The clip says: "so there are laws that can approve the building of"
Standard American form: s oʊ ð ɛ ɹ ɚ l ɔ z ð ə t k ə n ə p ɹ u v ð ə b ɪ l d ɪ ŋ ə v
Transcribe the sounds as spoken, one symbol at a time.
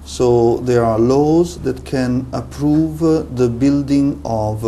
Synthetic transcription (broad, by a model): s oʊ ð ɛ ɹ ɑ l ɔ z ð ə t k ə n ə p ɹ u v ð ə b ɪ l d ɪ ŋ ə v